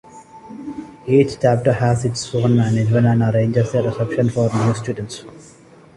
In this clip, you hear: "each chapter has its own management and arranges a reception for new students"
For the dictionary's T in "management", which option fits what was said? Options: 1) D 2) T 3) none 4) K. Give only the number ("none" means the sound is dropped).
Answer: 3